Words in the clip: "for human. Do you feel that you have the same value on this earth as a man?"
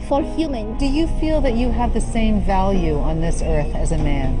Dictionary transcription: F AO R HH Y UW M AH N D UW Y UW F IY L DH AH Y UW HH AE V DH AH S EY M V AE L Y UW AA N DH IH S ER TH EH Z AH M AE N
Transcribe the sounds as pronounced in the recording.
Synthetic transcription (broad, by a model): F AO R HH Y UW M AH N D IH Y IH F IY L DH AH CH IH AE V DH AH S EY M V AE L Y UW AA N DH IH S ER TH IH Z AH M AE N